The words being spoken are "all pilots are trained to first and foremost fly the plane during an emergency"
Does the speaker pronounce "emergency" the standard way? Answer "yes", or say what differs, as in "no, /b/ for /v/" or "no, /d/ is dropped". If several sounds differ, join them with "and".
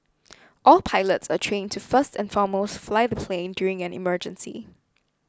yes